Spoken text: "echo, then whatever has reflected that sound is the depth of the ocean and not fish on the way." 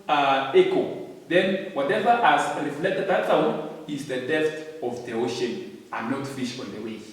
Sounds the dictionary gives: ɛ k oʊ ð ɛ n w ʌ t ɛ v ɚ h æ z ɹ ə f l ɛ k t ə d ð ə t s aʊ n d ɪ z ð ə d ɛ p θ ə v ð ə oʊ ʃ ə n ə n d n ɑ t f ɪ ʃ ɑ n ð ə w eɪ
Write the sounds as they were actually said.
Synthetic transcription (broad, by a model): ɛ k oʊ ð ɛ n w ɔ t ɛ v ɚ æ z ɹ ə f l ɛ k t ə d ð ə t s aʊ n ɪ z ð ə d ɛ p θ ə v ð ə oʊ ʃ ə n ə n n ɑ t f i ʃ ɑ n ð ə w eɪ